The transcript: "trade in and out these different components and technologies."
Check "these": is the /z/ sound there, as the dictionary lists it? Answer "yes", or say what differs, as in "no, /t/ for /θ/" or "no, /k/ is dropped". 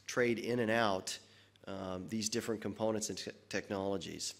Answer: yes